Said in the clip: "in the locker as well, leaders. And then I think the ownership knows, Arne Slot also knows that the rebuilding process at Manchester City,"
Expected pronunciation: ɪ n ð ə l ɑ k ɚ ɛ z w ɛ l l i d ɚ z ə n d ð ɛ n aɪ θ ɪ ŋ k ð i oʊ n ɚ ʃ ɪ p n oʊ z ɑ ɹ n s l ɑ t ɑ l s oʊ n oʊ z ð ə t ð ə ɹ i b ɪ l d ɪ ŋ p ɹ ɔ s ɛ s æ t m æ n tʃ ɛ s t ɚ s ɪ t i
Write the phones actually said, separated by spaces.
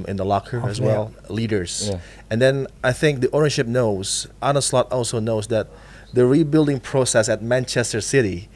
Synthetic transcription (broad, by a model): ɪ n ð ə l ɑ k ɚ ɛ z w ɛ l l i d ɚ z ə n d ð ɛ n aɪ θ ɪ ŋ k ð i oʊ n ɚ ʃ ɪ p n oʊ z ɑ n s l ɑ t ɑ l s oʊ n oʊ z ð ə t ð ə ɹ i b ɪ l d ɪ ŋ p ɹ ɔ s ɛ s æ t m æ n tʃ ɛ s t ɚ s ɪ t i